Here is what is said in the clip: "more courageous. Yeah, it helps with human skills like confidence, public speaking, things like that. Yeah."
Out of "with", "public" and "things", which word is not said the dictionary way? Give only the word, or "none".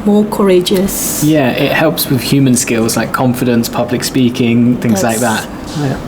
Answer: none